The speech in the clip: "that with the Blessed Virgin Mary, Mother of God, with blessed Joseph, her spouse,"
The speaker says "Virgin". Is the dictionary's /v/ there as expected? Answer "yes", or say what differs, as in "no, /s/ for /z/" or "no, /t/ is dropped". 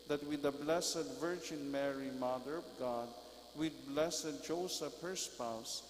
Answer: yes